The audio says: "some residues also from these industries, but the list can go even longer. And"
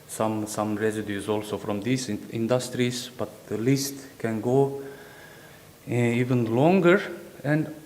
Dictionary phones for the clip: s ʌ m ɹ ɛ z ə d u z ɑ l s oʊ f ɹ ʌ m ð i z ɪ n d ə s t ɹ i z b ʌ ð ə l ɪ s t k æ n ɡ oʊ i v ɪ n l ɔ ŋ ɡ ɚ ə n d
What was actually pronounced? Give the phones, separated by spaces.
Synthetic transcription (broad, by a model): s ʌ m ɹ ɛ s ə d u s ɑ l s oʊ f ɹ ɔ m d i s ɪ n d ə s t ɹ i s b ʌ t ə l ɪ s t k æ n ɡ oʊ i v ɪ n l ɔ ŋ ɡ ɚ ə n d